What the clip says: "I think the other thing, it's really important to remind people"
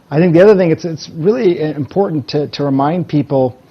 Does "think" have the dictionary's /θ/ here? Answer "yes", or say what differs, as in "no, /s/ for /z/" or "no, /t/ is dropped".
yes